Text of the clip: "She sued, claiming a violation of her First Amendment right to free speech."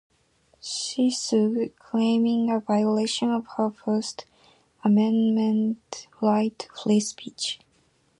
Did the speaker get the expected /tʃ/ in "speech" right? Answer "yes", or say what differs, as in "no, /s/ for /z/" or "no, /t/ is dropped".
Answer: yes